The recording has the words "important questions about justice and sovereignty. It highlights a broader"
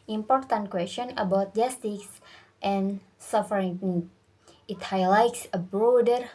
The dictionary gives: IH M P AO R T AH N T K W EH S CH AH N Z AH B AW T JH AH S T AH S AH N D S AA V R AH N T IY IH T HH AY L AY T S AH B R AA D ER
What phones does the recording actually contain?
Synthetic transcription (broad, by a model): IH M P AO R T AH N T K W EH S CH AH N AH B AW T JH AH S T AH S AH N S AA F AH T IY IH T HH AY L AY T S AH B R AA D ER